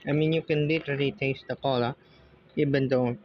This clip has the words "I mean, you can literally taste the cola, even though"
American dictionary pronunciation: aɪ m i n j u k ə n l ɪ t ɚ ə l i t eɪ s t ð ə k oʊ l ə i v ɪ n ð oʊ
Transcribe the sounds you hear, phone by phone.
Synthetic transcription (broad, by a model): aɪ m i n j u k ə n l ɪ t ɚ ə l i t eɪ s t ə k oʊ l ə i b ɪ n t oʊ